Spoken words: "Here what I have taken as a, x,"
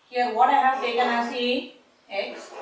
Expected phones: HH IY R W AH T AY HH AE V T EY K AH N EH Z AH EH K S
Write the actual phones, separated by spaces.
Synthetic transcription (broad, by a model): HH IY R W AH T AY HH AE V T EY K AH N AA S AH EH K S